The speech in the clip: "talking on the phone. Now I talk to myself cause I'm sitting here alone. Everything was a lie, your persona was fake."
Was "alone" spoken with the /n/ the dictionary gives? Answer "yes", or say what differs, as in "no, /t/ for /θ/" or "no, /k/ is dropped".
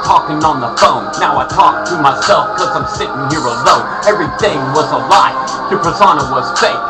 no, /n/ is dropped